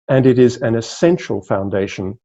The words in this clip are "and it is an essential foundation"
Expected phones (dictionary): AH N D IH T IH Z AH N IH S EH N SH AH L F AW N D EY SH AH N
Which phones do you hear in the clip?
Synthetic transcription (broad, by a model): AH N IH T IH Z AH N IH S EH N SH AH L F AW N D EY SH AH N